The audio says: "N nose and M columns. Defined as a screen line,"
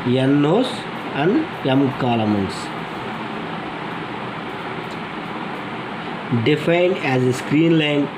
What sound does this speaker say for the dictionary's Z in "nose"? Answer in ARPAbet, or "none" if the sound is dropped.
S